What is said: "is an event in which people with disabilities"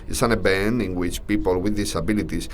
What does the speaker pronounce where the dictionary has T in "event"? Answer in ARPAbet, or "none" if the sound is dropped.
none